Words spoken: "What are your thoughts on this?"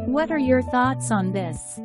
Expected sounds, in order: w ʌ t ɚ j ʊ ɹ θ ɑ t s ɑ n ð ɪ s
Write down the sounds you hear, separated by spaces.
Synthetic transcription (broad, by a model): w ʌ t ɚ j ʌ ɹ θ ɑ t s n ð ɪ s